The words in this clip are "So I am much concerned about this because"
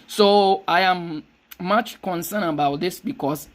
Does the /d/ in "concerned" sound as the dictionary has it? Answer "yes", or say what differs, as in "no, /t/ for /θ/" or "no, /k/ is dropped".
no, /d/ is dropped